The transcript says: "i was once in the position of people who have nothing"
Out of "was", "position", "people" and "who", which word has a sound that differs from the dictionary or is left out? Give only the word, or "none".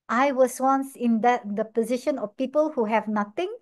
was